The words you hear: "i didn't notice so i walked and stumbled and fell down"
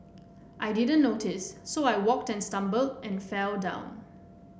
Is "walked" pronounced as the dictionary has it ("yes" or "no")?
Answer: yes